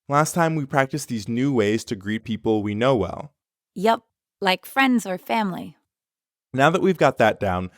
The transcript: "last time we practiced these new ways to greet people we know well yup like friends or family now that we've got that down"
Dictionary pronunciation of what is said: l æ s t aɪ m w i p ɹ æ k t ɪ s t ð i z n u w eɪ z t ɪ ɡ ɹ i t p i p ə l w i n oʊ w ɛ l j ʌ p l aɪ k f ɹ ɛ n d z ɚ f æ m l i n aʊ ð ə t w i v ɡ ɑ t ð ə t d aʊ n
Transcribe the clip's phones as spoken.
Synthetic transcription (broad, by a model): l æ s t aɪ m w i p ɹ æ k t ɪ s ð i z n u w eɪ z t ɪ ɡ ɹ i t p i p l w i n oʊ w ɛ l j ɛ p l aɪ k f ɹ ɛ n d z ɚ f æ m l i n aʊ ð ə t w i v ɡ ɑ t ð ə t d aʊ n